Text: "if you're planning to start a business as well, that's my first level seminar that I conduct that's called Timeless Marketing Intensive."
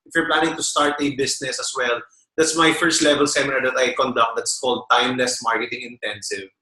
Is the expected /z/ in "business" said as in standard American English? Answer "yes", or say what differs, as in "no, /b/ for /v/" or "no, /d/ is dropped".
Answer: no, /s/ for /z/